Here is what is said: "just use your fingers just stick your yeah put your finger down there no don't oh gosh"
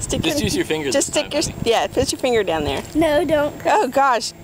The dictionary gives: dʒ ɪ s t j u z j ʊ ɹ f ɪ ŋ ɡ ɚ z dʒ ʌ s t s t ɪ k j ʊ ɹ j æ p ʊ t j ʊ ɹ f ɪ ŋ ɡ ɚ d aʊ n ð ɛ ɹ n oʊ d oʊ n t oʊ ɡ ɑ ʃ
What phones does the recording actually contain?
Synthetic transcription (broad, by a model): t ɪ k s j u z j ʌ ɹ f ɪ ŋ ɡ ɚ dʒ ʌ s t s t ɪ k j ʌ ɹ j æ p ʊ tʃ j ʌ ɹ f ɪ ŋ ɡ ɚ d aʊ n ð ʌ ɹ n oʊ d oʊ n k oʊ ɡ ɑ ʃ